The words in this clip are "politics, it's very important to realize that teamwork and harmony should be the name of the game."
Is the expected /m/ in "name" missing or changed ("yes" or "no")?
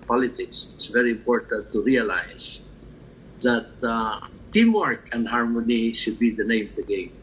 yes